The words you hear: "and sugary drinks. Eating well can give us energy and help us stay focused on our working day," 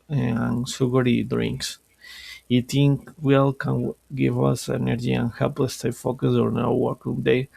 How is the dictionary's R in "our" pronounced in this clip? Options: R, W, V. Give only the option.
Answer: W